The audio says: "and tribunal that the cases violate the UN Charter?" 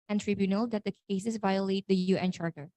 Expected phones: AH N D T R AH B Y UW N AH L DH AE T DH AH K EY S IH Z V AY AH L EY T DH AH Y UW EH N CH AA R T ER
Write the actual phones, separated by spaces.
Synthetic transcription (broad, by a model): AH N T R AH B Y UW N AH L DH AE T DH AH K EY S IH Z V AY AH L EY T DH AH Y UW EH N CH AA R T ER